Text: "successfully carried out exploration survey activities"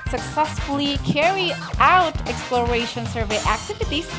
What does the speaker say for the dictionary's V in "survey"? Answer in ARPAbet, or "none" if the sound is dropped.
V